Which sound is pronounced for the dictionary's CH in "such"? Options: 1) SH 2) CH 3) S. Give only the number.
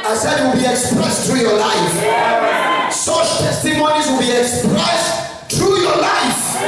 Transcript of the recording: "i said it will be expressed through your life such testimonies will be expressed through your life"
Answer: 1